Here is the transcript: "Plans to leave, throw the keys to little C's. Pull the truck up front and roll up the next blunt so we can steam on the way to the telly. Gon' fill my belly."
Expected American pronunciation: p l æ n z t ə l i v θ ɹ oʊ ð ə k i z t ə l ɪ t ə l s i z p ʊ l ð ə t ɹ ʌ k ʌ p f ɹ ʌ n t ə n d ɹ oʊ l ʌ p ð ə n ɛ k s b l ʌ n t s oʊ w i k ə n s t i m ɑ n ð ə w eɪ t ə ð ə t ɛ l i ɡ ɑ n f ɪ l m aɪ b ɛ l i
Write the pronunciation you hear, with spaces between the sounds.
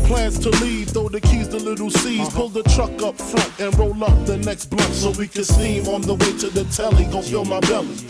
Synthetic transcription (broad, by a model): p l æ n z t ə l i v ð oʊ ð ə k i z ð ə l ɪ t l s i z p ʊ l ð ə t ɹ ʌ k ʌ p f ɹ ʌ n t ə n ɹ oʊ l ʌ p ð ə n ɛ k s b l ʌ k s oʊ w i k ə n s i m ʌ n ð ə w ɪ t ə ð ə t ɛ l i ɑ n f ɪ l m aɪ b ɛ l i